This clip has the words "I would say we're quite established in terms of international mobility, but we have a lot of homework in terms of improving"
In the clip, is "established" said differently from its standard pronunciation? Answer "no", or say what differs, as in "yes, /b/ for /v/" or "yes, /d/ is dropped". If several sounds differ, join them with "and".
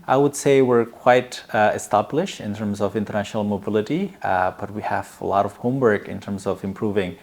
no